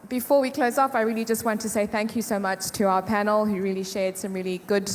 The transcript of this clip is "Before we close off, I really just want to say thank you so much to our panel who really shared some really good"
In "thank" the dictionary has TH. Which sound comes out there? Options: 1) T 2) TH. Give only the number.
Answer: 2